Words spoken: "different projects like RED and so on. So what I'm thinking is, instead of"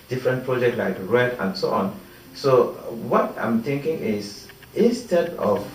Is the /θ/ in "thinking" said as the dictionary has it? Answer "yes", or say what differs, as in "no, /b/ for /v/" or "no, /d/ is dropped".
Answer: no, /t/ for /θ/